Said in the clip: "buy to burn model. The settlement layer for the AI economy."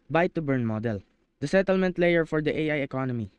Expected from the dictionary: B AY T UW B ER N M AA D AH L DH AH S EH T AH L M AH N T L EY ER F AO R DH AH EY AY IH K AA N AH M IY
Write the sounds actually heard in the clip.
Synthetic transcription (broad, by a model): B AY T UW B ER N M AA D AH L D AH S EH T AH L M AH N T L EY ER F AO R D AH EY AY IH K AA N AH M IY